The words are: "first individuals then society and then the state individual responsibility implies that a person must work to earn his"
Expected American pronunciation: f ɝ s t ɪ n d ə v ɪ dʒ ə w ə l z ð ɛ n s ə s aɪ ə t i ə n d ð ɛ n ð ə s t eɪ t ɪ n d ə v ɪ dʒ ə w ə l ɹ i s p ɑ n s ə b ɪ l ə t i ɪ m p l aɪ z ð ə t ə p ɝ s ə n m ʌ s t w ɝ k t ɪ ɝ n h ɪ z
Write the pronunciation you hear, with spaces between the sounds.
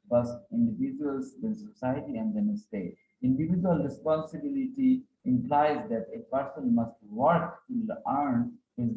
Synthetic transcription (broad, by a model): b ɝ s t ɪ n d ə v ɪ dʒ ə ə l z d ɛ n s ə s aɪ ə t i ə n d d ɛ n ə s t eɪ t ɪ n d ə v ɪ dʒ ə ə l ɹ i s p ɑ n s ə b ɪ l ə t i ɪ m p l aɪ z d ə t ə p ɝ s ə n m ʌ s t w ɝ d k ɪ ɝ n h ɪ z